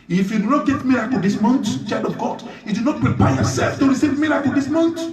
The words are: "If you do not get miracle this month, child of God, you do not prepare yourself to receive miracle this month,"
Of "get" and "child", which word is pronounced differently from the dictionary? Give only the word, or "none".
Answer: child